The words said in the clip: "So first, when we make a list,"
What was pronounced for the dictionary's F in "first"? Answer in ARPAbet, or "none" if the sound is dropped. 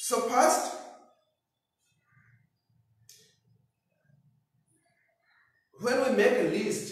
P